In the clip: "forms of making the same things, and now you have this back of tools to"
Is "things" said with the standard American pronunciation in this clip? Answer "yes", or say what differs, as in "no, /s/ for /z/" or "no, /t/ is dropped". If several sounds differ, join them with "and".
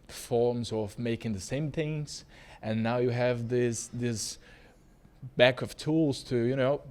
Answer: yes